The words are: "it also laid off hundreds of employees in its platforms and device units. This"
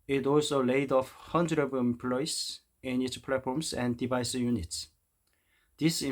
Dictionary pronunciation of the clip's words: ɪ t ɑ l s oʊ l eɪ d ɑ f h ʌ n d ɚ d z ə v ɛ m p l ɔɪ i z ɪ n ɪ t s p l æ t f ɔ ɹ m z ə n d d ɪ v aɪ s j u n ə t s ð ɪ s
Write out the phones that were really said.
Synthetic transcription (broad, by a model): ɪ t ɑ l s oʊ l eɪ d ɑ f h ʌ n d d ə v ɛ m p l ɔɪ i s ɪ n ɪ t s p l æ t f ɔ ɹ m s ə n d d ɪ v aɪ s j u n ə t s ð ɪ s